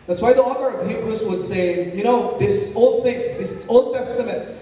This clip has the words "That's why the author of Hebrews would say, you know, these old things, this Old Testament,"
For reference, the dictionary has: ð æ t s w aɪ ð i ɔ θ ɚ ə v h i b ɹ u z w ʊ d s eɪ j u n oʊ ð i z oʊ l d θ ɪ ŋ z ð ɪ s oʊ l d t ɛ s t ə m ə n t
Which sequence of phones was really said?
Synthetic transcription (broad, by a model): ð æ t s w aɪ ð i ɔ θ ɚ ə v h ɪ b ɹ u s w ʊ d s eɪ j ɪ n oʊ ð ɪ s oʊ l d θ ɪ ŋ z ð ɪ s oʊ l d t ɛ s t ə m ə n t